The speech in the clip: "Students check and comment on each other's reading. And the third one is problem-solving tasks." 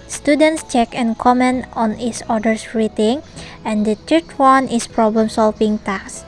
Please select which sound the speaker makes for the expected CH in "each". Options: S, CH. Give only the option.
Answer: S